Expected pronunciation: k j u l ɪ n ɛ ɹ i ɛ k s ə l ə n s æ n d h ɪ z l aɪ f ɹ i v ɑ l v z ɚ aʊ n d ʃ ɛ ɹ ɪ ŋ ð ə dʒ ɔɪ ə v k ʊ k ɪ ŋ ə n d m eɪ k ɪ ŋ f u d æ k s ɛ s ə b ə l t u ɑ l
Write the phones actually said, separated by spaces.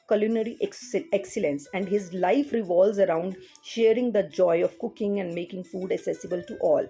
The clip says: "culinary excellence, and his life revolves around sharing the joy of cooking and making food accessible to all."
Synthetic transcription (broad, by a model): k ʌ l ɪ n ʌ ɹ i ɛ k s ə l ə n s æ n d h ɪ z l aɪ f ɹ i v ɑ l z ɚ aʊ n d ʃ ɛ ɹ ɪ ŋ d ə dʒ ɔɪ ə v k ʊ k ɪ ŋ ə n d m eɪ k ɪ ŋ f u d æ k s ɛ s ə b ə l t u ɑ l